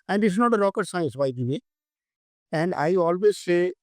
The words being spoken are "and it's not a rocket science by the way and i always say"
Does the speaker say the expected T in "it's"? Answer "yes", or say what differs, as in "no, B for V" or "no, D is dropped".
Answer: no, S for T